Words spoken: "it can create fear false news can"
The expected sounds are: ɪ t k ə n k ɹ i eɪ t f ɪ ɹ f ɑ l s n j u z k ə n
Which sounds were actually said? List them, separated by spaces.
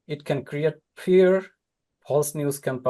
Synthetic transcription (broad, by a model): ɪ t k ə n k ɹ i eɪ t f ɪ ɹ p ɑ l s n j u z k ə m